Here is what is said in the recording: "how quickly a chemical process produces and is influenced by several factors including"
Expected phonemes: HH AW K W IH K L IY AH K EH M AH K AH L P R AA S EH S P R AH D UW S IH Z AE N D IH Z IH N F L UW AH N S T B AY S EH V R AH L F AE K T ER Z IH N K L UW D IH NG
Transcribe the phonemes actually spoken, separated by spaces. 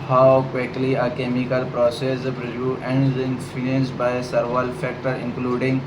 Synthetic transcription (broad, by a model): HH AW K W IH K L IY AH K EH M AH K AH L P R AA S EH S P R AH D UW IH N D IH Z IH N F UW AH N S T B AY S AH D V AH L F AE K T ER IH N K L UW D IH NG